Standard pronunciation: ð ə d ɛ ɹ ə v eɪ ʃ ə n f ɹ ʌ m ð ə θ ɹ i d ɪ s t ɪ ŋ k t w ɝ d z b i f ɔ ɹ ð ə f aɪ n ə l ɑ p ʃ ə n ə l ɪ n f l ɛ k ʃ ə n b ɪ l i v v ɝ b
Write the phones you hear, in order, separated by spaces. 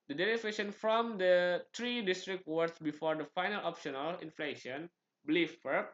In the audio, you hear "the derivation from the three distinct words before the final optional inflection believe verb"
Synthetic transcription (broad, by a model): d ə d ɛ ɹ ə f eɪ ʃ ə n f ɹ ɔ m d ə t ɹ i d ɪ s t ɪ k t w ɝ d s b i f ɔ ɹ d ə f aɪ n ə l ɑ p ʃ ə n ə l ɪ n f l ɛ ʃ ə n b l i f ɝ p